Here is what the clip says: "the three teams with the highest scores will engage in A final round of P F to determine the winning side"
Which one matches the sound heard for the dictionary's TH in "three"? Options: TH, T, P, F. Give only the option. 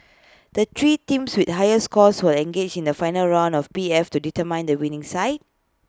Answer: T